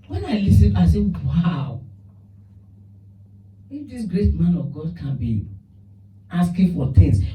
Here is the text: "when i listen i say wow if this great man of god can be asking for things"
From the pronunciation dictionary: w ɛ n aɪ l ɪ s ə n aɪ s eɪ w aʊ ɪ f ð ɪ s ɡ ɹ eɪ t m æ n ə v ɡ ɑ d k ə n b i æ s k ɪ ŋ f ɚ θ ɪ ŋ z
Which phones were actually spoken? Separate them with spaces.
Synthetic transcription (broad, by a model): w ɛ n aɪ l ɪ s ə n aɪ s eɪ w aʊ ɪ f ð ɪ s ɡ ɹ eɪ t m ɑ n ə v ɡ ɑ d k ə n b i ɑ s k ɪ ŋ f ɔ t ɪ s